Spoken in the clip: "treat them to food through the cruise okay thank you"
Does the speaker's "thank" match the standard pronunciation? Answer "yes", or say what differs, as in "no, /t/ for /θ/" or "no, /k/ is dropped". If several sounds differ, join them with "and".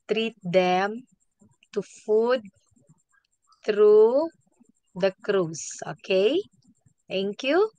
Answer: no, /t/ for /θ/